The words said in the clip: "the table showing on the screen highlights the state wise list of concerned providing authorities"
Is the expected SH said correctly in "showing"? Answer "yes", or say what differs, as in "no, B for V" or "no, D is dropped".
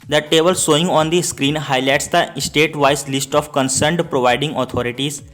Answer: no, S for SH